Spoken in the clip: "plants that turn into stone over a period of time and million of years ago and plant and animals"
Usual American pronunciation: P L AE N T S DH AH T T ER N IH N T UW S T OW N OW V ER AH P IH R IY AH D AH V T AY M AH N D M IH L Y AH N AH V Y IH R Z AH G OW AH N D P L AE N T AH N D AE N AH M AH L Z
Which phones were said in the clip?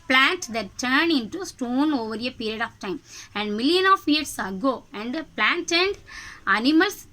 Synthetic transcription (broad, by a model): P L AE N T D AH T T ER N IH N T UW S T OW N OW V ER AH P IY R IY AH D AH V T AY M AH N D M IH L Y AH N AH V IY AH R S AH G OW AH N D P L AE N T AH N D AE N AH M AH L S